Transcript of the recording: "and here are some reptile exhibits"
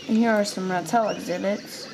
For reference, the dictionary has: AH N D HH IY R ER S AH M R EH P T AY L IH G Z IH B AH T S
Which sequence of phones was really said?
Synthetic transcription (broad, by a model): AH N HH IY R ER S AH M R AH T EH L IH G Z IH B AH T S